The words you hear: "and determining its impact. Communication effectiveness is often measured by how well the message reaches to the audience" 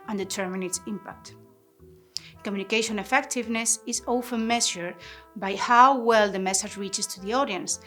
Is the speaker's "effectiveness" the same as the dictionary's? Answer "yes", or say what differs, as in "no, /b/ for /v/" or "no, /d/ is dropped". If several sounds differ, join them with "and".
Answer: yes